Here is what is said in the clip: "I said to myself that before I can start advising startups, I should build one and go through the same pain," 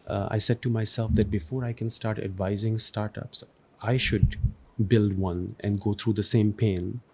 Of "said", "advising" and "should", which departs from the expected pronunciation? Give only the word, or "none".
none